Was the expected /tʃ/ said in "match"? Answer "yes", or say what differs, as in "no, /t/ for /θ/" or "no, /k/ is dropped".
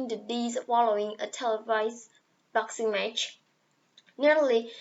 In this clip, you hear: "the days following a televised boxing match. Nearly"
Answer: yes